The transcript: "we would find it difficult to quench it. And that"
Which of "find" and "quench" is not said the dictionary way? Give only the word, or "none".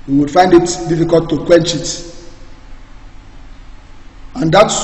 none